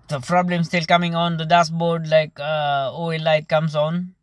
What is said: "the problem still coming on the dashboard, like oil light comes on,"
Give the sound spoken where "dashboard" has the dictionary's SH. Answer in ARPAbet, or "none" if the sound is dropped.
S